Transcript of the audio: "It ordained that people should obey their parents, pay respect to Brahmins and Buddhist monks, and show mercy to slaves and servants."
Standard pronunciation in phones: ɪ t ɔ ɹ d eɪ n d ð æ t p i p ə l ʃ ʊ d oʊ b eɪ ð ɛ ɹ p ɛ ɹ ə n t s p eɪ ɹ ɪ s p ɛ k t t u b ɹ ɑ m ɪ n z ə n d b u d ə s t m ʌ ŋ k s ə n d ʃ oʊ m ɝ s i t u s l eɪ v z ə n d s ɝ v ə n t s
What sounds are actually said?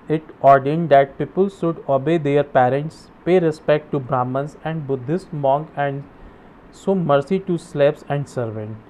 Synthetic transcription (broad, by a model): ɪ t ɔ ɹ d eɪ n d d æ t p i p ə l ʃ ʊ d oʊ b eɪ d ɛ ɹ p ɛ ɹ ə n t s p eɪ ɹ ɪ s p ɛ k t t u b ɹ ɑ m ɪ n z ə n d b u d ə s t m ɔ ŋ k ə n d s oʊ m ɝ s i t u s l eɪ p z ə n d s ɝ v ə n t